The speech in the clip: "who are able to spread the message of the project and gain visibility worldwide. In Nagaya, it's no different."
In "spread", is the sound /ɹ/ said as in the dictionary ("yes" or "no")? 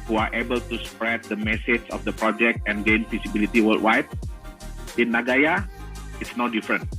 yes